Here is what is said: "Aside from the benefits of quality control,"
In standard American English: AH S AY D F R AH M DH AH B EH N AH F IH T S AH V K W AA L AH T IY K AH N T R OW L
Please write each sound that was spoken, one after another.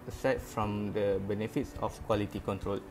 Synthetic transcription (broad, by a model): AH S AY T F R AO M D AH B EH N AH F IH T S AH F K W AA L AH T IY K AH N T R OW L